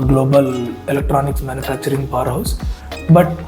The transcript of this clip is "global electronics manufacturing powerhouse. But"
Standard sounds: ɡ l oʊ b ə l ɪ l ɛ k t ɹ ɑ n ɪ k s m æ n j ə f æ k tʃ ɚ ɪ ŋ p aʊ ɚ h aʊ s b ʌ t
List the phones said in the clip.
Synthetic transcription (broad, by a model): ɡ l oʊ b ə l ɪ l ɛ k t ɹ ɑ n ɪ k s m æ n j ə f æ k tʃ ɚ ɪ ŋ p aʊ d h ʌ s b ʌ t